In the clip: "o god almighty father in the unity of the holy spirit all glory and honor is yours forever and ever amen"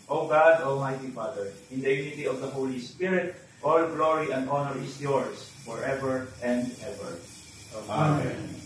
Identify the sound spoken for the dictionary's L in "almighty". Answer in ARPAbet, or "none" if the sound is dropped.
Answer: L